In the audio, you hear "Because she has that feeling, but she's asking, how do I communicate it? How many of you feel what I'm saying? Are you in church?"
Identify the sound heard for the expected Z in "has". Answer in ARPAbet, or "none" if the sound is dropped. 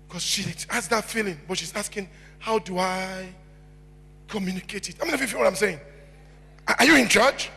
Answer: S